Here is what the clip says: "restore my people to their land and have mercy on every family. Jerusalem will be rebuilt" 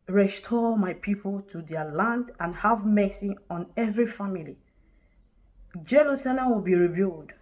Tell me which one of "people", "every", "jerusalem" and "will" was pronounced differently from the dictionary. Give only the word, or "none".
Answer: jerusalem